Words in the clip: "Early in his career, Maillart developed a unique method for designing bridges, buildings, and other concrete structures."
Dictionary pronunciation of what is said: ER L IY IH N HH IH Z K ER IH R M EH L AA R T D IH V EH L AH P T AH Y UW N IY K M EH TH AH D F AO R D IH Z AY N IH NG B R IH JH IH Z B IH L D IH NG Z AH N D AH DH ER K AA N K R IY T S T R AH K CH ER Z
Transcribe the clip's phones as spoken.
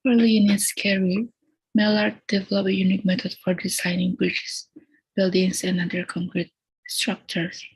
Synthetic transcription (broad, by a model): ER L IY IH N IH S K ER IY M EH L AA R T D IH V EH L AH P AH Y UW N IY K M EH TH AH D F AO R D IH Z AY N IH NG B R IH CH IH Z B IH L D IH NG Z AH N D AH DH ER K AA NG K R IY T S T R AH K CH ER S